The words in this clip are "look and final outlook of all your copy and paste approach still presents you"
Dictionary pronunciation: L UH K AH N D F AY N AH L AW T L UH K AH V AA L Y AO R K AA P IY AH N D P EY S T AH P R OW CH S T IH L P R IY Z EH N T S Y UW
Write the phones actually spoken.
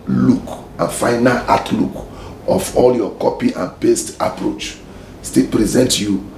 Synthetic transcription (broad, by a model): L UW K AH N F AY N AH L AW T L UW K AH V AA L Y AO K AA P IY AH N P EY S T AH P R OW CH S T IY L P R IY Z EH N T Y UW